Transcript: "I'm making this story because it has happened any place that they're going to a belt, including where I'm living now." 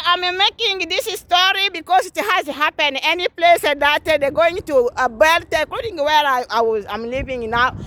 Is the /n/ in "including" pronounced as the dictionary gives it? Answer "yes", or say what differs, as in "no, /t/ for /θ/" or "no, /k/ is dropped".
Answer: no, /n/ is dropped